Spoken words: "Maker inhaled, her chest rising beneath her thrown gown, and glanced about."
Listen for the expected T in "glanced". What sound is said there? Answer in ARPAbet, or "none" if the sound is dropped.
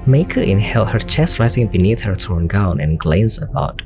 none